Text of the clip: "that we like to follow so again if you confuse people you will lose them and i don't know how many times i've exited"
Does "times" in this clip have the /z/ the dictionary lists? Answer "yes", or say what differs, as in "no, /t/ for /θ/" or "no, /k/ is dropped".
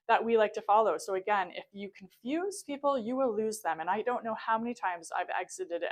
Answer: yes